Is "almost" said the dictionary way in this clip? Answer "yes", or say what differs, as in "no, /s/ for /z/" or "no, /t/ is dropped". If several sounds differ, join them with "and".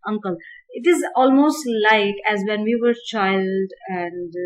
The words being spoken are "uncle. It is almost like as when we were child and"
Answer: yes